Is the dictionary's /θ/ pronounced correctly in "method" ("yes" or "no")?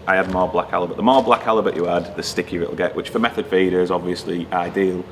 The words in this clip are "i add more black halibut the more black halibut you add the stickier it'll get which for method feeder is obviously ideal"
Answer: yes